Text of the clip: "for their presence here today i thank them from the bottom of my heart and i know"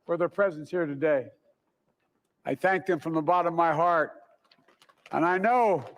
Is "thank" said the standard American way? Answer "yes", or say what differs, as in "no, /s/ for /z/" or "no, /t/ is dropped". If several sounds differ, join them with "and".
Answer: yes